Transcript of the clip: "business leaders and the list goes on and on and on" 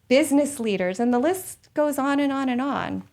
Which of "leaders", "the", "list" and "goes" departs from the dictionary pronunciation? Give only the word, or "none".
none